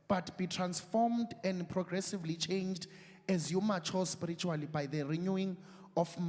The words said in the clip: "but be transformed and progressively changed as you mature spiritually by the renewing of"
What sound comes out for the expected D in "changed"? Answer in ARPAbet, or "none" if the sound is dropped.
D